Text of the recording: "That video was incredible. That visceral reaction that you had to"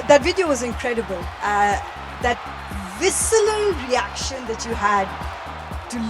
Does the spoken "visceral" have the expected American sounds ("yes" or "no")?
no